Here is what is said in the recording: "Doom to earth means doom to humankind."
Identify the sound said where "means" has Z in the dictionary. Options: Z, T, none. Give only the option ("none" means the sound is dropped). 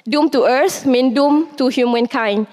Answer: none